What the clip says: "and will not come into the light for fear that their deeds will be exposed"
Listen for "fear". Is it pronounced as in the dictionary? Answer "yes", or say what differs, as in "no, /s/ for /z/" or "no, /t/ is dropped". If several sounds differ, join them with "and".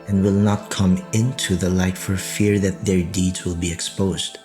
yes